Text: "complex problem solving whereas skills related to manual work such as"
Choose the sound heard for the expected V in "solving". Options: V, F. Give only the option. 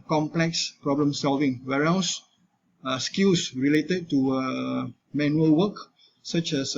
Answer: V